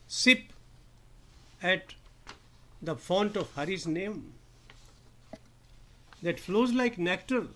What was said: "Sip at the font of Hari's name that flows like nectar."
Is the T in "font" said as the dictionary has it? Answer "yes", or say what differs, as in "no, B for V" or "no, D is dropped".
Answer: yes